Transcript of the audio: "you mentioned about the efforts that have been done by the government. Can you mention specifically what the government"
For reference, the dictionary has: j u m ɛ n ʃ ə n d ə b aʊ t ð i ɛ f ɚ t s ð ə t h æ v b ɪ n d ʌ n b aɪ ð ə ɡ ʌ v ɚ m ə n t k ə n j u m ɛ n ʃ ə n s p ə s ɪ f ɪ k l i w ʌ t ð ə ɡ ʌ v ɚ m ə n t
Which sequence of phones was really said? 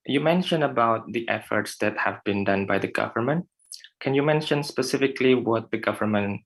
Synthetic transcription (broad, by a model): j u m ɛ n ʃ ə n ə b aʊ t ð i ɛ f ɚ t s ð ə t h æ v b ɪ n d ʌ n b aɪ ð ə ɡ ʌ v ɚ m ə n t k ə n j u m ɛ n ʃ ə n s p ə s ɪ f ɪ k l i w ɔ t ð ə ɡ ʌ v ɚ m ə n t